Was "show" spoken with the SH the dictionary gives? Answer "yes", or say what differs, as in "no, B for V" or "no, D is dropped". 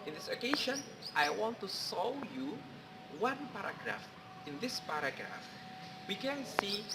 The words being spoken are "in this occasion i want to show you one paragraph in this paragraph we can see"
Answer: no, S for SH